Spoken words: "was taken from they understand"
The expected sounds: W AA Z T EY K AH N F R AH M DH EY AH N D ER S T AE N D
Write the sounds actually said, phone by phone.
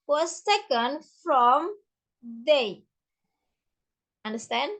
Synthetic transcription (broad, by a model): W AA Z S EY K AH N F R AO M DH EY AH N D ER S T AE N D